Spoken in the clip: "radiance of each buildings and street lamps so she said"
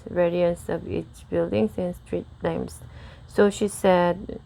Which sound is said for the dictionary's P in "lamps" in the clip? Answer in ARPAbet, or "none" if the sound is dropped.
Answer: none